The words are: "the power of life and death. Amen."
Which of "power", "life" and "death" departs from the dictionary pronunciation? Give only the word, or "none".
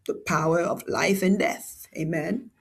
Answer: none